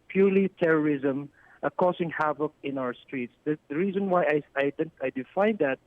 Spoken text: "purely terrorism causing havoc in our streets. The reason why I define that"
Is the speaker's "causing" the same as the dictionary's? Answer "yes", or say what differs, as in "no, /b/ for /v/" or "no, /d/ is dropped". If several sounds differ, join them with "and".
no, /s/ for /z/